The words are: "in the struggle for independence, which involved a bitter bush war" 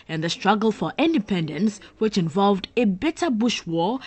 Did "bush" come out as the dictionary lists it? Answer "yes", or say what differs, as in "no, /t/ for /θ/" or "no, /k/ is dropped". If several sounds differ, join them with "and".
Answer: yes